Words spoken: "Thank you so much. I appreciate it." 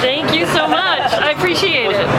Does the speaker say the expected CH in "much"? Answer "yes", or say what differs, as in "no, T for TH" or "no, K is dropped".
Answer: yes